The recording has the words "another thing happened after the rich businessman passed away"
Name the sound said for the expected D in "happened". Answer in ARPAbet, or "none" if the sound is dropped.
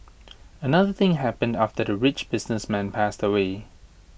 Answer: D